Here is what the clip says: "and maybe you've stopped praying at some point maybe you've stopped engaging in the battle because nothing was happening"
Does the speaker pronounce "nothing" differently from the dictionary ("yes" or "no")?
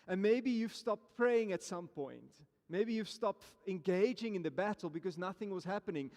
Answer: no